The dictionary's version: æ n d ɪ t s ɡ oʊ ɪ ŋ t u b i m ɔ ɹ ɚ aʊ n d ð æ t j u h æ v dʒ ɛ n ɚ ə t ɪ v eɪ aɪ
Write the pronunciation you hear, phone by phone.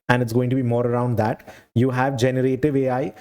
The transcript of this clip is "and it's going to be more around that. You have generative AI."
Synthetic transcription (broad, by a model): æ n d ɪ t s ɡ oʊ ɪ ŋ t u b i m ɔ ɹ ɚ aʊ n d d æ t j u h æ v dʒ ɛ n ɚ ə t ɪ v eɪ aɪ